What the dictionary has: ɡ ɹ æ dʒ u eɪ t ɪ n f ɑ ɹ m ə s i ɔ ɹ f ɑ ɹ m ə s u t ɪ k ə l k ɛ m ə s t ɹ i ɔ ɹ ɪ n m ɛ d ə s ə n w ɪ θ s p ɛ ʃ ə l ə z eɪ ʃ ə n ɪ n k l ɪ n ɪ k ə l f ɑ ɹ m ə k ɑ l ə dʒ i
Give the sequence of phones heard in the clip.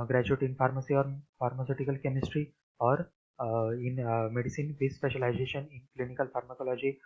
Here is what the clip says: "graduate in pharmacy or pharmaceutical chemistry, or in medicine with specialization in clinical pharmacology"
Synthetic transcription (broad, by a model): ɡ ɹ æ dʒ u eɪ t ɪ n f ɑ ɹ m ə s i ɔ ɹ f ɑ ɹ m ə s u t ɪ k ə l k ɛ m ə s t ɹ i ɔ ɹ ɪ n m ɛ d ə s ə n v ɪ s p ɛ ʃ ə l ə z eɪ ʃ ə n ɪ n k l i n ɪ k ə l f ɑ ɹ m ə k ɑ l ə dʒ i